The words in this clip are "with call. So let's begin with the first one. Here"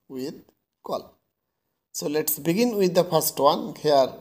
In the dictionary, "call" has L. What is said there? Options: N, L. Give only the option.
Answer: L